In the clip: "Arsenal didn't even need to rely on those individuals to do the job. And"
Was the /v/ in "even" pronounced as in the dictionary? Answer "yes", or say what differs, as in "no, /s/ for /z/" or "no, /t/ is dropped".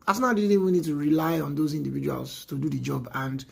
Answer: no, /w/ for /v/